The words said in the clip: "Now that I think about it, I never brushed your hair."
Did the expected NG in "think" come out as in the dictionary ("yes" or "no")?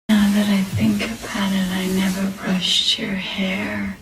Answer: yes